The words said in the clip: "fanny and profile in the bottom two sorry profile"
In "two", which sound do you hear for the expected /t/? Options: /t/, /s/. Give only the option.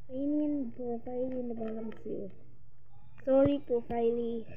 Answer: /s/